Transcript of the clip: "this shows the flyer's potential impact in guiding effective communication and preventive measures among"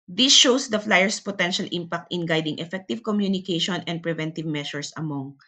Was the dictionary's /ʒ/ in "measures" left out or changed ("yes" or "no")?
yes